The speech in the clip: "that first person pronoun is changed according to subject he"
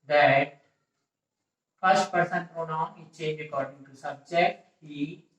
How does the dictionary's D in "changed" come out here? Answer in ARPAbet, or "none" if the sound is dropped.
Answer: none